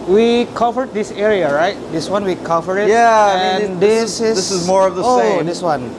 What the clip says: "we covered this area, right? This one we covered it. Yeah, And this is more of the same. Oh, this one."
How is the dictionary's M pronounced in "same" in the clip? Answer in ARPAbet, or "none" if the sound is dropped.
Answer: none